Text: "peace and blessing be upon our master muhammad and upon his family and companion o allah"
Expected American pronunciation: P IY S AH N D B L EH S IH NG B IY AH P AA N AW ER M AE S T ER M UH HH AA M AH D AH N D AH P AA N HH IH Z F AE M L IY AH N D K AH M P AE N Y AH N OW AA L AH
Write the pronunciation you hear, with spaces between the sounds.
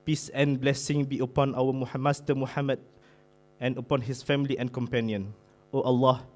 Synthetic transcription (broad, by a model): P IY S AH N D B L EH S IH NG B IY AH P AA N AW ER M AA S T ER M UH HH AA M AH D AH N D AH P AA N HH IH S F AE M L IY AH N K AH M P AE N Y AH N OW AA L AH